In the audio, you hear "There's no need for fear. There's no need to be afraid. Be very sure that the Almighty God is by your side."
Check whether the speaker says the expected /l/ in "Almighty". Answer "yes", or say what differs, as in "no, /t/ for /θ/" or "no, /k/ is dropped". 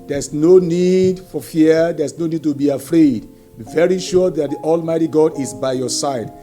yes